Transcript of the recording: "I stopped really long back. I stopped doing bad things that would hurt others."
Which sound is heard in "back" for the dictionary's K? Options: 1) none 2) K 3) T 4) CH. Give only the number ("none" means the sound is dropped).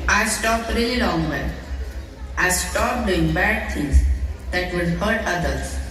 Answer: 1